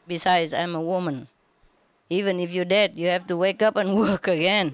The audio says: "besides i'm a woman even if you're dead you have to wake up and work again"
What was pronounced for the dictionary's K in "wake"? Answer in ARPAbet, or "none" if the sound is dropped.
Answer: K